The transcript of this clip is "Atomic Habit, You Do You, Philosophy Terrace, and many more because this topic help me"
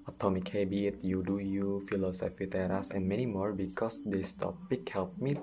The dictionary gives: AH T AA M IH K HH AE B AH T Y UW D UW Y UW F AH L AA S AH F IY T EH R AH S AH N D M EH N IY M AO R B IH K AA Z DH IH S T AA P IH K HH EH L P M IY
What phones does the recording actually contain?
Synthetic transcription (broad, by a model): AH T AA M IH K HH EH B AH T Y UW D UW Y UW F AH L AA S AH F IY T EH R AH S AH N M EH N IY M AO R B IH K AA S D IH S T AA P IH K HH EH L P M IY